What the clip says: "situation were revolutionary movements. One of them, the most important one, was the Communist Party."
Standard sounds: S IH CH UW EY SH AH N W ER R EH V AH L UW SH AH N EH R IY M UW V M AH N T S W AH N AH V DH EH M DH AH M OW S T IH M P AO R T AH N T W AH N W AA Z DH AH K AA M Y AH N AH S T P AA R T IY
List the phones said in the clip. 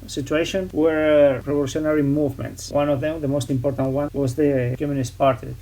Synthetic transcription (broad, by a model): S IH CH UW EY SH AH N W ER R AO P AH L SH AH N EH R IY M UW V M AH N T S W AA N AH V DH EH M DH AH M OW S T IH M P AO R T AH N T W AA N W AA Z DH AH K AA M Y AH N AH S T P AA R T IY